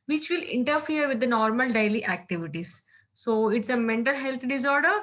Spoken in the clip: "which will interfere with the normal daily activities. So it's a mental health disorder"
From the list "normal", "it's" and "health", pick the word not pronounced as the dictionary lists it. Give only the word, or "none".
health